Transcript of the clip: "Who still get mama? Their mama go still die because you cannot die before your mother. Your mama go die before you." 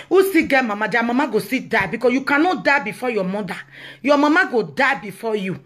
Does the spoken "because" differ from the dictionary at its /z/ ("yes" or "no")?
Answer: yes